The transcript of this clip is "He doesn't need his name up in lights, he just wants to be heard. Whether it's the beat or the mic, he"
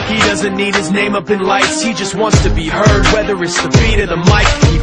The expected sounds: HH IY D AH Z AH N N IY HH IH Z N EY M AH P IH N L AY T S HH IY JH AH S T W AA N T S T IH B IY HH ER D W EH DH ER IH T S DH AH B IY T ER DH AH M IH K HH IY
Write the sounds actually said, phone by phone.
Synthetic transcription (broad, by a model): HH IY D AH Z AH N N IY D IH Z N EY M AH P IH N L AY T S HH IY JH AH S T W AA N T S T IH B IY HH ER D W EH DH ER IH T S DH AH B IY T ER DH AH M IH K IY